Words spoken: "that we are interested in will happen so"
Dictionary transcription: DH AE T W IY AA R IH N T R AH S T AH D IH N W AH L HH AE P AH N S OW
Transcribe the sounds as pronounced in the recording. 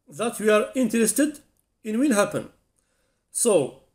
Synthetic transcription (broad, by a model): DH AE T W IY AA R IH N T R AH S T AH D IH N W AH N HH AE P AH N S OW